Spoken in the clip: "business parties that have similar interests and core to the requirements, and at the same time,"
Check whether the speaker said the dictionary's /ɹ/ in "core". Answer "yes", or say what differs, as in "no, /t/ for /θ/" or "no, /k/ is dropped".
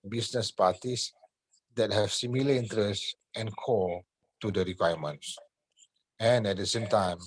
no, /l/ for /ɹ/